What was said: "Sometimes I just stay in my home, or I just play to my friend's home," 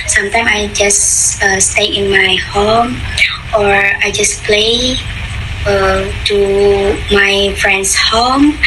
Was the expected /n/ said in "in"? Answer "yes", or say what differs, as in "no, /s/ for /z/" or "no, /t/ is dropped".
yes